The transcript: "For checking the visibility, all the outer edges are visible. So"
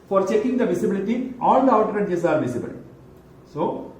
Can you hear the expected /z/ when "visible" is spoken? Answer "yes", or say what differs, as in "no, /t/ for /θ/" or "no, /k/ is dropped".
no, /s/ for /z/